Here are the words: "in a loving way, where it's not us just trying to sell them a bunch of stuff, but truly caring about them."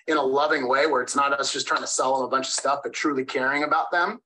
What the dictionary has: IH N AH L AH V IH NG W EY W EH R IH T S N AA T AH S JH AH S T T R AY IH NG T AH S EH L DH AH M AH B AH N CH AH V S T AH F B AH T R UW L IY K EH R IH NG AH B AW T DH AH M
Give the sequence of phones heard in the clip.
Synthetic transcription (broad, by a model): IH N AH L AH V IH NG W EY W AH R IH T S N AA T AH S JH AH S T T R AY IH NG T AH S EH L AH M AH B AH N CH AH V S T AH F B AH T R UW L IY K EH R IH NG AH B AW T DH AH M